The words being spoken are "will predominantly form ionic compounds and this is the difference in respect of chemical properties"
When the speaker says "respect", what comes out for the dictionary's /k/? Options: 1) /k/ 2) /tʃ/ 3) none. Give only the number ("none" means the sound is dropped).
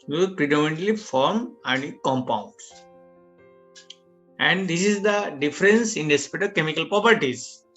3